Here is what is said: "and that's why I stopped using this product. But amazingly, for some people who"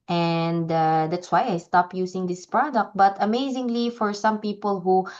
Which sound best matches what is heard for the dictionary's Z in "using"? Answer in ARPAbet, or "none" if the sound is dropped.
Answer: S